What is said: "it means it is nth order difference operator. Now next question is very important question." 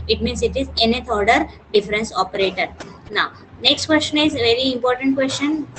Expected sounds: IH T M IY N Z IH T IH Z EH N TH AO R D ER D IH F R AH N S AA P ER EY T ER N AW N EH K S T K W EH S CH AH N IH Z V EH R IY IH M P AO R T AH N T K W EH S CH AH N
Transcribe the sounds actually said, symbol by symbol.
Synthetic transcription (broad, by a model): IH T M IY N S IH T IH Z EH N T AO R D ER D IH F R AH N S AA P ER EY T ER N AW N EH K S T K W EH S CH AH N IH Z V EH R IY IH M P AO R T AH N T K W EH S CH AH N